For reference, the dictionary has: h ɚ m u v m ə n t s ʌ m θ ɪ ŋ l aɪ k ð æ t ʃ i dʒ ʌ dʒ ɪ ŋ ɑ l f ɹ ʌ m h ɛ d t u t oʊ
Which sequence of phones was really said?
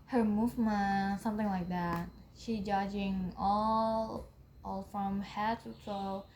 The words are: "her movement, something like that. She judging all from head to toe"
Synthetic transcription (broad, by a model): h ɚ m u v m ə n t s ʌ m θ ɪ ŋ l aɪ k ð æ t ʃ i dʒ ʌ dʒ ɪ ŋ ɑ l f ɹ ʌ m h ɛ t u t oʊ